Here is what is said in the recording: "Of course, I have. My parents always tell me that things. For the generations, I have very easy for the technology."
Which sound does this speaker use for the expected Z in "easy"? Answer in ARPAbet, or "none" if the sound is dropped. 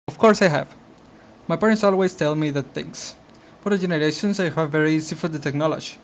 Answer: S